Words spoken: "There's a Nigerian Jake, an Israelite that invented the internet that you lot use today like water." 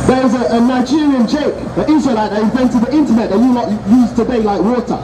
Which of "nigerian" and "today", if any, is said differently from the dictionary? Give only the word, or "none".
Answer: none